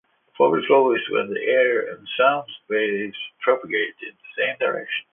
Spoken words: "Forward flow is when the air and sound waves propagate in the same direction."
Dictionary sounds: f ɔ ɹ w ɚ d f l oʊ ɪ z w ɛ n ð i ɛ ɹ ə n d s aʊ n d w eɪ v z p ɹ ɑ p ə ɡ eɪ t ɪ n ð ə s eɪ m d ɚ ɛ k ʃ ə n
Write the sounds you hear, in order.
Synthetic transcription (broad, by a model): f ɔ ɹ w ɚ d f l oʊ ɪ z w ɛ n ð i ɛ ɹ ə n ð s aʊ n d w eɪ z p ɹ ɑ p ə ɡ eɪ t ɪ n ð ə s eɪ m d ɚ ɛ k ʃ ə n